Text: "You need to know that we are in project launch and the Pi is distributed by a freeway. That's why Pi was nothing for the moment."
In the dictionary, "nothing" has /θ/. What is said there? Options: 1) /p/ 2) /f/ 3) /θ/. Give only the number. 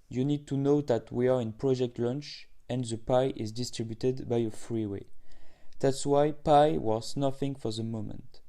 2